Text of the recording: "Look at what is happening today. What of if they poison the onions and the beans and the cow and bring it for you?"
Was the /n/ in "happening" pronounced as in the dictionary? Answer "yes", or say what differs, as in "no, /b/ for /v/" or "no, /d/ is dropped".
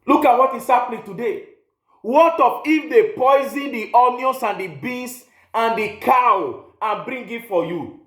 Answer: no, /l/ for /n/